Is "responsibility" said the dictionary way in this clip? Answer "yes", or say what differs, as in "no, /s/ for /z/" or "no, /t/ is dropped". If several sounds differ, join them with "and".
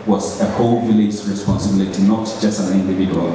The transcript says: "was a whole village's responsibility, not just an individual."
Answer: yes